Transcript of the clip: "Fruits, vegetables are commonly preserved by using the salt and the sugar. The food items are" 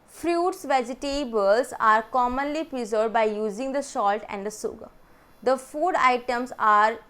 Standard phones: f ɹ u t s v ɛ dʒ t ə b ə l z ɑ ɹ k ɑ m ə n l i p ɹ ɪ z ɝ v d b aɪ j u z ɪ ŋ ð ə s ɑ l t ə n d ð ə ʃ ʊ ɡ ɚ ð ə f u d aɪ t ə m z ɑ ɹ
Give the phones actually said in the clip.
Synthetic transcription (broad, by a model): f ɹ u t s v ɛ dʒ t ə b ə l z ɑ ɹ k ɑ m ə n l i p ɹ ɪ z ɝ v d b aɪ j u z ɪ ŋ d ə ʃ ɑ l t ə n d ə s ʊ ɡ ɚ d ə f u d aɪ t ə m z ɑ ɹ